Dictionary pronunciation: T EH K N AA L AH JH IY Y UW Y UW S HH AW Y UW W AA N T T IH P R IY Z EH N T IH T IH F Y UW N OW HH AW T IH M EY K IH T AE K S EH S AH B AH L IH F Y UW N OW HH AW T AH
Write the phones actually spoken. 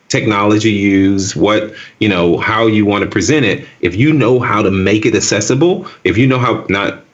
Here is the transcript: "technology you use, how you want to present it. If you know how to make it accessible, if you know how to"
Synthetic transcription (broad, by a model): T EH K N AA L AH JH IY Y UW Y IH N HH AW Y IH W AA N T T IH P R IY Z EH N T IH T IH F Y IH N OW HH AW T IH M EY K IH T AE S EH S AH B L IH F Y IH N OW HH AW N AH